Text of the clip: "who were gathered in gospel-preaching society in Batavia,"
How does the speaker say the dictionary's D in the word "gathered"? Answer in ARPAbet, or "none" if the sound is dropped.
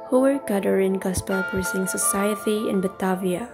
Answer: none